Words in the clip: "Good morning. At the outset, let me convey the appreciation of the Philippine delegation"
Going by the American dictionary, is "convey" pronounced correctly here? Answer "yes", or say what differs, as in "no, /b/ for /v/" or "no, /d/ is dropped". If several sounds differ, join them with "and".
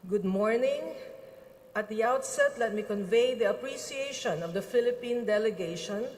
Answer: yes